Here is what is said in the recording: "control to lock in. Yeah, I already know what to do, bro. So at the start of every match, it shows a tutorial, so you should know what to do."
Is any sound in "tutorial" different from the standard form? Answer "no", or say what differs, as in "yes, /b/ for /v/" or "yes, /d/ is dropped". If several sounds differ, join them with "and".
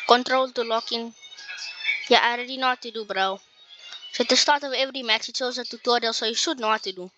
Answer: yes, /ɹ/ is dropped